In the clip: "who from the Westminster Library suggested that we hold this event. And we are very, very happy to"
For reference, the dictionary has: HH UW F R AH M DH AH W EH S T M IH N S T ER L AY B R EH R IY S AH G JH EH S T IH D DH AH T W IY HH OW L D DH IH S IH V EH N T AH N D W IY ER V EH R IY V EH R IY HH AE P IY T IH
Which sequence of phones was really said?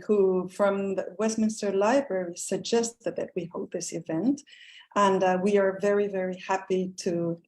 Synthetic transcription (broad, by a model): HH UW F R AH M DH AH W EH S T M IH N S T ER L AY B R EH R IY S AH G JH EH S T IH D DH AH T W IY HH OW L DH IH S IH V EH N T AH N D W IY ER V EH R IY V EH R IY HH AE P IY T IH